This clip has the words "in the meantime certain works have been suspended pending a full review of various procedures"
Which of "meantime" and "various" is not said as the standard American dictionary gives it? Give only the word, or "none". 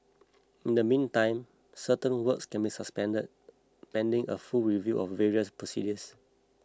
none